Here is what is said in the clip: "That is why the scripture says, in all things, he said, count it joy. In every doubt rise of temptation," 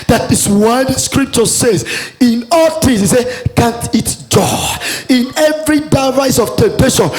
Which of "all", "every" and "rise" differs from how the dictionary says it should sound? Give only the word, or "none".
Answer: rise